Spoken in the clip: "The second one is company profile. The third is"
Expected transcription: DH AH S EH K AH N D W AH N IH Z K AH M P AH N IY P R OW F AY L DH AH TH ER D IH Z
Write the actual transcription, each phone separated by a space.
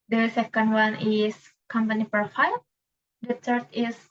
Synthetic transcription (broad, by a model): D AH S EH K AH N D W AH N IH S K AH M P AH N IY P OW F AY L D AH T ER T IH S